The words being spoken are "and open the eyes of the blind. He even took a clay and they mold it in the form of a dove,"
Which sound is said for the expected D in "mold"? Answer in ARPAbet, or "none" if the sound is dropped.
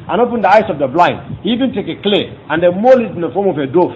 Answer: none